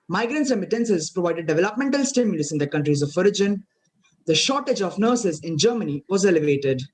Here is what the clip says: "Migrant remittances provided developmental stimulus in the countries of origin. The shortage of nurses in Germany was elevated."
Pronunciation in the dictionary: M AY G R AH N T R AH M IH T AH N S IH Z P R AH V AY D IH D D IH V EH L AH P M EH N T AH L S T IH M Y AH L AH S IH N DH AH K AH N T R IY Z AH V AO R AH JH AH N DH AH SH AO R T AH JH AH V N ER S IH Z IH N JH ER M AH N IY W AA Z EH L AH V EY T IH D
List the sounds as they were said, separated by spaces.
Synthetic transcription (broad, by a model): M AY G R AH N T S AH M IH T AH N S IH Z P R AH V AY D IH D D IH V EH L AH P M EH N T AH L S T IH M Y AH L AH S IH N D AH K AH N T R IY Z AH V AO R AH JH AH N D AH SH AO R T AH JH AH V N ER S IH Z IH N JH ER M AH N IY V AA Z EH L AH V EY T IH D